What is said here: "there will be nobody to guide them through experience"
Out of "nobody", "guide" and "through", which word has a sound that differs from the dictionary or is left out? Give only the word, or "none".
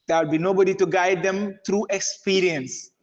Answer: through